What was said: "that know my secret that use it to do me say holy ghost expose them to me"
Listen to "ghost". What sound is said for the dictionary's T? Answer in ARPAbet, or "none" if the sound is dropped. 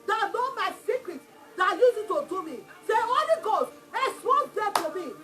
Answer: none